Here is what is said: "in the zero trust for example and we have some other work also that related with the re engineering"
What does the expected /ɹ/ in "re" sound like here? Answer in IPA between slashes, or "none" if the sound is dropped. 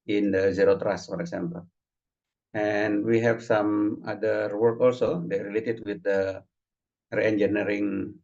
/ɹ/